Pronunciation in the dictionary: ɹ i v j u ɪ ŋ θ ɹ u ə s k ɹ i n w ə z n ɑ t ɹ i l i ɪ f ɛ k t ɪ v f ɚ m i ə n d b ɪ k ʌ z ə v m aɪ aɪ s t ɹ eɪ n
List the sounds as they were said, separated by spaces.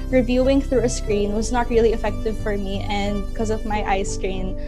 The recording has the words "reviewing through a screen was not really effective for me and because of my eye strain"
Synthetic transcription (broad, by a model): ɹ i v j u ɪ ŋ θ ɹ u ə s k ɹ i n w ə z n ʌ t ɹ i l i ɪ f ɛ k t ɪ v f ɚ m i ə n b ɪ k ʌ z ə v m aɪ aɪ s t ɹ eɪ n